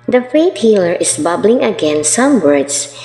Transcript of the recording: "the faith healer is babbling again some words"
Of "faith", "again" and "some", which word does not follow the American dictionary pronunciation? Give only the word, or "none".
faith